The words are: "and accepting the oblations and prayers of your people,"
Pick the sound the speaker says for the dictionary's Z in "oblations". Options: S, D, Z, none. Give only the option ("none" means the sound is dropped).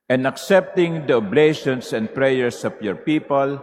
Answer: S